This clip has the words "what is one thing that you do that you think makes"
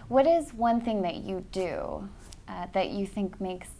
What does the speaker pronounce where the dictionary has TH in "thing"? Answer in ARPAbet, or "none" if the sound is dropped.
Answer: TH